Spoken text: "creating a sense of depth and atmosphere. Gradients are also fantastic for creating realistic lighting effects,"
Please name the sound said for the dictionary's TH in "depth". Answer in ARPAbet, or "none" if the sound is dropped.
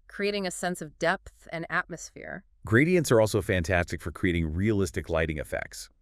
TH